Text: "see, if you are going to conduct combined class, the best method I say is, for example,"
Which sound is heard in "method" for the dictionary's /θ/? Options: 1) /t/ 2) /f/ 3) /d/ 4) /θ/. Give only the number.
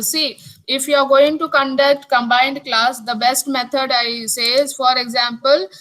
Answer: 1